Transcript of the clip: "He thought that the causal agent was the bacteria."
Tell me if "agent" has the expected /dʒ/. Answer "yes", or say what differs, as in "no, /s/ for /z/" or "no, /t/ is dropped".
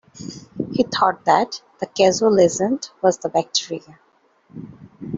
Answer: no, /z/ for /dʒ/